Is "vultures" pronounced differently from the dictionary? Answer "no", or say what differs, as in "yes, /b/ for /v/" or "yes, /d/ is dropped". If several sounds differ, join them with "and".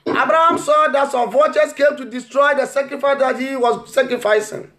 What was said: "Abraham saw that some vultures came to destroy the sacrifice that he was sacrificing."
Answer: yes, /l/ is dropped